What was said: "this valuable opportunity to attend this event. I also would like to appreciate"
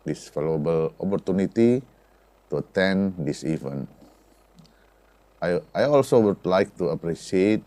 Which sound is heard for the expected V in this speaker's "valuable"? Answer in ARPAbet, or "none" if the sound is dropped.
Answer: F